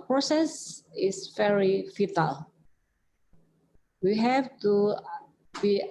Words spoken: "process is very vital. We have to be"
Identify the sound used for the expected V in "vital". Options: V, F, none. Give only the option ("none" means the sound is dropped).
F